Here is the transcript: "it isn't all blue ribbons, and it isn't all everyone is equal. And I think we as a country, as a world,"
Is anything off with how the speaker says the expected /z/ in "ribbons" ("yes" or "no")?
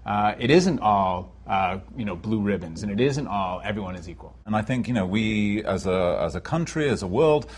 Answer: no